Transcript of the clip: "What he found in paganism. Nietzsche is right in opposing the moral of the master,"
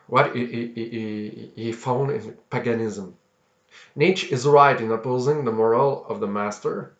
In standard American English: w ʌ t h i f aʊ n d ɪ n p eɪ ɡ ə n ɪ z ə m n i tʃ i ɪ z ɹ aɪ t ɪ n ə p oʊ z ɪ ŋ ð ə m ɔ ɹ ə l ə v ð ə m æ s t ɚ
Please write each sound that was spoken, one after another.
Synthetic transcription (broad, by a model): w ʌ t h i f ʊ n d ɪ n p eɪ ɡ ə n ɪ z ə m n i tʃ ɪ z ɹ aɪ t ɪ n ə p oʊ z ɪ ŋ ð ə m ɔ ɹ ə l ə v ð ə m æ s t ɚ